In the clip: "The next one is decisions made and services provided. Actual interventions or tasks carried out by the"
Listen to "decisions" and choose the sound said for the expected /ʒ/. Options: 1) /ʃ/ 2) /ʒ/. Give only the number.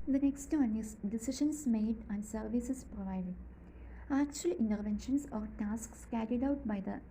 1